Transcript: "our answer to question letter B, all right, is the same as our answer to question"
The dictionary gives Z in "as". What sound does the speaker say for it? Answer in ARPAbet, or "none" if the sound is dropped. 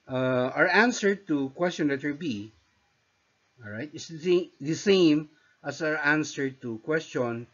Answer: S